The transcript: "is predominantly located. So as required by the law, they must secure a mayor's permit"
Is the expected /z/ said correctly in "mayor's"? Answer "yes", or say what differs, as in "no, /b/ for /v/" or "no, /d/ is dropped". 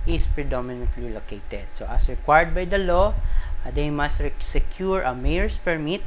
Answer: no, /s/ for /z/